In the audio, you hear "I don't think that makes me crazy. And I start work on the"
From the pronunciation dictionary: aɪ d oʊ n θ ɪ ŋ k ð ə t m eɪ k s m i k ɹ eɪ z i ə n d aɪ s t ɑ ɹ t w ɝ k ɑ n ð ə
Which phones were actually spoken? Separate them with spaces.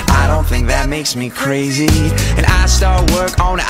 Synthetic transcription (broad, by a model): aɪ d oʊ n θ ɪ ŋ k ð ə t m eɪ k s m i k ɹ eɪ z i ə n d aɪ s t ɑ ɹ t w ɝ k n